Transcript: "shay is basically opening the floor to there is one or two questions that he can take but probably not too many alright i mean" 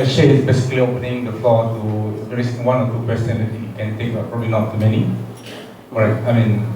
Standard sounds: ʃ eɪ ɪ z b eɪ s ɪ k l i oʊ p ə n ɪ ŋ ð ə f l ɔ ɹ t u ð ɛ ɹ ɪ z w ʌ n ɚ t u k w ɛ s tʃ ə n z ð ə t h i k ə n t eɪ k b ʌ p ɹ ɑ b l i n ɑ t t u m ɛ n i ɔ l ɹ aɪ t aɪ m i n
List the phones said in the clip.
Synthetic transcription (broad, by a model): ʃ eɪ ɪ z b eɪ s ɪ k l i oʊ p ə n ɪ ŋ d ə f l ɔ t u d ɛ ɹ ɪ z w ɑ n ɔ t u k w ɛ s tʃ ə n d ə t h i k ə n t eɪ k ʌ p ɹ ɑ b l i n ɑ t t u m ɛ n i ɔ ɹ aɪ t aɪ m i n